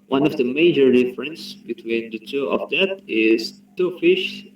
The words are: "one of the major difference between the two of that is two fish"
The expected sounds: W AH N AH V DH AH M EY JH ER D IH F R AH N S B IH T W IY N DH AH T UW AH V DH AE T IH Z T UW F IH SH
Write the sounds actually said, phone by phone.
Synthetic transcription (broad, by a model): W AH N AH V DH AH M EY JH ER D IH F R AH N S B IH T W IY N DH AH T UW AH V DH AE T IH Z T UW F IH SH